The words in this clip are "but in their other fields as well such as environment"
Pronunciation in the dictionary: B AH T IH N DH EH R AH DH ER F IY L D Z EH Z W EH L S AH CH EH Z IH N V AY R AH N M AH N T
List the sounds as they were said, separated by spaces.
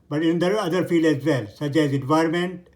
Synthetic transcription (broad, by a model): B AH T IH N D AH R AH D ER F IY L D EH Z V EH L S AH CH EH Z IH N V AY R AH M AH N T